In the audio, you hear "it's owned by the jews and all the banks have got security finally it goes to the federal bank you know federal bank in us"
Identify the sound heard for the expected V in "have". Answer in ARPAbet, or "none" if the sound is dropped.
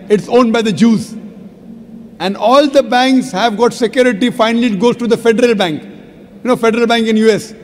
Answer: V